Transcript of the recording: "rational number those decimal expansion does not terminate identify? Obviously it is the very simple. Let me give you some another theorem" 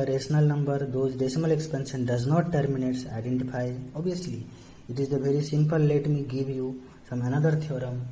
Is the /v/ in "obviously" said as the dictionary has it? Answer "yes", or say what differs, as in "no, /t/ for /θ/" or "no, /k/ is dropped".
no, /v/ is dropped